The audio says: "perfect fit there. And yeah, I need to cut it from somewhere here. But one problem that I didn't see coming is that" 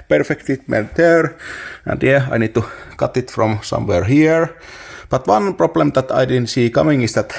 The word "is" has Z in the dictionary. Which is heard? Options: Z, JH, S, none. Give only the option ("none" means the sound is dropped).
S